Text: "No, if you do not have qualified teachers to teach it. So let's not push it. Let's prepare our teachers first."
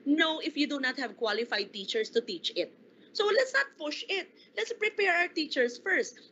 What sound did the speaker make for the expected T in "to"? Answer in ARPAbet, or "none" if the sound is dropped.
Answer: T